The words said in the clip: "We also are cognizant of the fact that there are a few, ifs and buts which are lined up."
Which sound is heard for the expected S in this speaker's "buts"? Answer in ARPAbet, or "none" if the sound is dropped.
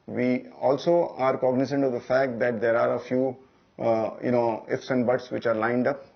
S